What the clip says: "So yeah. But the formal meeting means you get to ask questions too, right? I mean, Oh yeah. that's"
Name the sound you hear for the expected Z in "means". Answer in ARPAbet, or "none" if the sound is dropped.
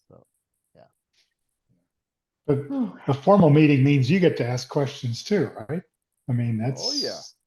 Z